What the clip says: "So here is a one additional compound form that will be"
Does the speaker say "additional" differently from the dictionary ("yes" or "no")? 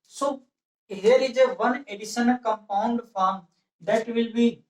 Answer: yes